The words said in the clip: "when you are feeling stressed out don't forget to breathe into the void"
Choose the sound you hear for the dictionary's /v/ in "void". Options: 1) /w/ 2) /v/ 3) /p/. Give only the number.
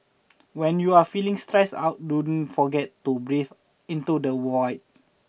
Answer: 1